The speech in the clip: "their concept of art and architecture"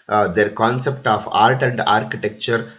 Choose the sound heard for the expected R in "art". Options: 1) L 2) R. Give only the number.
1